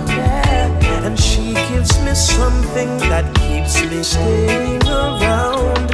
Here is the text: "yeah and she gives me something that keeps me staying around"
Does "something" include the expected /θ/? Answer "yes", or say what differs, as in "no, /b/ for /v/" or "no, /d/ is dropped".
yes